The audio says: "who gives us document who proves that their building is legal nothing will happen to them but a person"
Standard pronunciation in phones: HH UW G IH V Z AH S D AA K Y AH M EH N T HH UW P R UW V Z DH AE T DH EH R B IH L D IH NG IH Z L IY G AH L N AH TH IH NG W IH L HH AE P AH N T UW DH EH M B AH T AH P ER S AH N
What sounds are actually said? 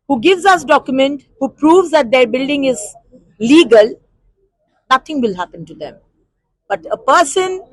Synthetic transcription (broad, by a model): HH UW G IH V Z AH S D AA K Y AH M EH N T HH UW P R UW V Z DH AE T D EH R B IH L D IH NG IH Z L IY G AH L N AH T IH NG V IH L HH AE P AH N T UW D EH M B AH T AH P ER S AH N